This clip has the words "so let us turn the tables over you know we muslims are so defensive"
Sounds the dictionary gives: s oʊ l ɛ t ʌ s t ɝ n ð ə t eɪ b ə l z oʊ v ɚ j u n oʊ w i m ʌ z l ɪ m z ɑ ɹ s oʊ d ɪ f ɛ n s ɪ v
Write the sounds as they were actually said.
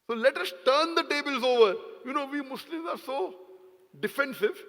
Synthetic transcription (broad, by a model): s oʊ l ɛ t ʌ s t ɝ n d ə t eɪ b ə l z oʊ v ɚ j u n oʊ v i m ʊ s l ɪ m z ɑ ɹ s oʊ d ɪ f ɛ n s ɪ v